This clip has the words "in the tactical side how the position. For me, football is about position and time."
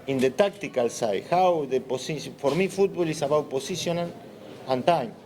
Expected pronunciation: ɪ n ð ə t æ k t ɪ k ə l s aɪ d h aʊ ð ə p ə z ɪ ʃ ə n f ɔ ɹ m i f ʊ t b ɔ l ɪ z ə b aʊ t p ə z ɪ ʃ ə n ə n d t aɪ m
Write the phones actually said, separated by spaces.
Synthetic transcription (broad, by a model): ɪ n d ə t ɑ k t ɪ k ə l s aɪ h aʊ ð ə p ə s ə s f ɔ ɹ m i f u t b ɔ l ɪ s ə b aʊ t p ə s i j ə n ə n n t aɪ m